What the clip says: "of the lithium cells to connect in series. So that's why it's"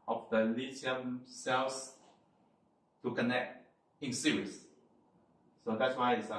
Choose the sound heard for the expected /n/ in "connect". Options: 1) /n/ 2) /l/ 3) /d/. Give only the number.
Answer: 1